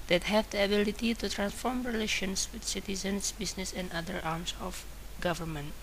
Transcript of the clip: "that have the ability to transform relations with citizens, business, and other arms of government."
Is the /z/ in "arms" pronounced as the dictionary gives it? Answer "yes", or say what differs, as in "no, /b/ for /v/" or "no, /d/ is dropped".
no, /s/ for /z/